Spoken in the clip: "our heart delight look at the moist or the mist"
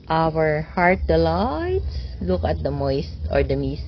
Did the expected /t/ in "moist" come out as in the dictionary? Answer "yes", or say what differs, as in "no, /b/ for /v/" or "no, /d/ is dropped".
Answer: yes